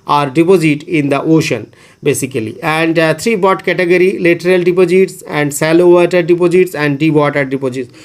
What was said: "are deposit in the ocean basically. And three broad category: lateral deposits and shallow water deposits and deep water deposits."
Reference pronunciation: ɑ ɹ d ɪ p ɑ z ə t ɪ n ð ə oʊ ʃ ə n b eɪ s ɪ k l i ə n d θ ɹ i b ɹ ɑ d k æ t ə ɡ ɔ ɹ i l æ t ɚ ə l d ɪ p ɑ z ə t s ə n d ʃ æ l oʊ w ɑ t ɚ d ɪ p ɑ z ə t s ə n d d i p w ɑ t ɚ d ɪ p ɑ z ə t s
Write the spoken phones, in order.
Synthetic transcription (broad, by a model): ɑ ɹ d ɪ p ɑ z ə t ɪ n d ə oʊ ʃ ə n b eɪ s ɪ k l i ə n d t ɹ i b ɑ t k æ t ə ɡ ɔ ɹ i l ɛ t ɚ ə l d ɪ p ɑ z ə t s ə n d s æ l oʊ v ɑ t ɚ d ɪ p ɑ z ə t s ə n d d i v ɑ t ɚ d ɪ p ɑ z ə t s